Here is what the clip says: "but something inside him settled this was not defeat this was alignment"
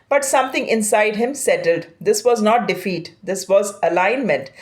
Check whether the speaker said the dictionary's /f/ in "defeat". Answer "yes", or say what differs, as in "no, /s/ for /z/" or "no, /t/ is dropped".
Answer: yes